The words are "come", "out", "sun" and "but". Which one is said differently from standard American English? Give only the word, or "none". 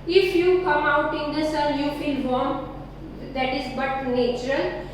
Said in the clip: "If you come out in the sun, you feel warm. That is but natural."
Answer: sun